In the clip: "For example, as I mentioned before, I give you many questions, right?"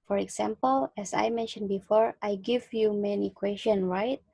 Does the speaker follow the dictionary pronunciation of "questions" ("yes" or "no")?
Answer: no